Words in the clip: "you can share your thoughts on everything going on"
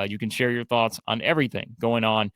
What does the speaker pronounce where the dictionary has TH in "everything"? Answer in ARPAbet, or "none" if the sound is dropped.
TH